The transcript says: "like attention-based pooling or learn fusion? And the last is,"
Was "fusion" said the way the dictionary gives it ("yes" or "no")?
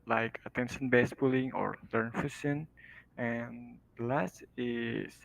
no